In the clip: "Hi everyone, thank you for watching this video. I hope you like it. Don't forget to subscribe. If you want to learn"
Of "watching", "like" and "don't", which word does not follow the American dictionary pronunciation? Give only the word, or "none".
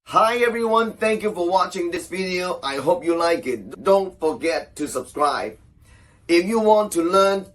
none